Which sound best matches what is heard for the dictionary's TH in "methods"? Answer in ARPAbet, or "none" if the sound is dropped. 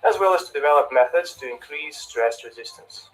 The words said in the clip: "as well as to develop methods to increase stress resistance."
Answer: TH